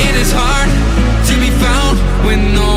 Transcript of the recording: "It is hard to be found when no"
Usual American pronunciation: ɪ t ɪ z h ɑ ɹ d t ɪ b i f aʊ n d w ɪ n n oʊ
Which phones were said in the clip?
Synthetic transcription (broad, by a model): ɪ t ɪ z h ɑ ɹ d t ɪ b i f aʊ n d w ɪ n n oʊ